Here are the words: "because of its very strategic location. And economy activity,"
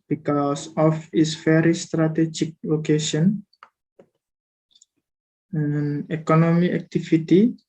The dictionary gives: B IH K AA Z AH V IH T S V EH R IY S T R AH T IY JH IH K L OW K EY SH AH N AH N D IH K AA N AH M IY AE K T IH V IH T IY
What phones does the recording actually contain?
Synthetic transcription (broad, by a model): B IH K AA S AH F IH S F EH R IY S T R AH T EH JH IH K L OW K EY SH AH N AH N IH K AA N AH M IY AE K T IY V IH T IY